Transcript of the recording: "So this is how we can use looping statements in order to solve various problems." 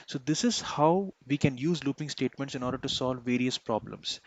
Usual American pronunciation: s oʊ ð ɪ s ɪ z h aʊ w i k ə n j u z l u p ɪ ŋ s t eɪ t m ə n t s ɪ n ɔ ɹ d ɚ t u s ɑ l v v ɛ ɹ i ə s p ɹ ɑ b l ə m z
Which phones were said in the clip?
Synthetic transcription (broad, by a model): s oʊ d ɪ s ɪ z h aʊ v i k ə n j u z l u p ɪ ŋ s t eɪ t m ə n t s ɪ n ɔ ɹ d ɚ t u s ɑ l v v ɛ ɹ i ə s p ɹ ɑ b l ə m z